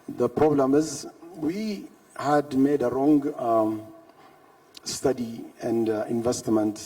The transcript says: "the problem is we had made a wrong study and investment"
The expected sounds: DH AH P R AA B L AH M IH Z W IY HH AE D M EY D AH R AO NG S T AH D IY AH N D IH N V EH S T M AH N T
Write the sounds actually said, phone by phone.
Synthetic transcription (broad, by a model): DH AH P R AA B L AH M IH Z W IY HH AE D M EY D AH R AO NG S T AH D IY AH N D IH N V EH S T M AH N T